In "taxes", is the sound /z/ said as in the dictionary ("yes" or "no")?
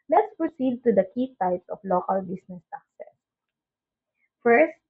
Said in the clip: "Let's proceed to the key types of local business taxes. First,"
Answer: no